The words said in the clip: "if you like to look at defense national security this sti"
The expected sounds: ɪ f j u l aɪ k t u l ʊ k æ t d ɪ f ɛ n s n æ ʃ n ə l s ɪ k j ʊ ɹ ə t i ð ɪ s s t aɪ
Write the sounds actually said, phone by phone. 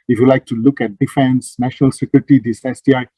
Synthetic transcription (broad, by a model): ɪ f j u l aɪ k t u l ʊ k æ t d ɪ f ɛ n s n æ ʃ n ə l s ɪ k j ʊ ɹ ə t i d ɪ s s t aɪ